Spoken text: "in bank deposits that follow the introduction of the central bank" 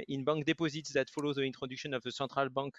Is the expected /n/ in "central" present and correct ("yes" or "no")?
no